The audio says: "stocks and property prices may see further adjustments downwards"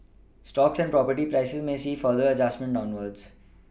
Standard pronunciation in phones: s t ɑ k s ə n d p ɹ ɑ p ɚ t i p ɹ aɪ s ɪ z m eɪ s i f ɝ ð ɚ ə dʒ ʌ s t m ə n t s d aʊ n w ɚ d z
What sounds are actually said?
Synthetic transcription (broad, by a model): s t ɑ k s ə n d p ɹ ɑ p ɚ t i p ɹ aɪ s ɪ z m eɪ s i f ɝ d ɚ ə dʒ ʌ s t m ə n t d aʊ n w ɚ d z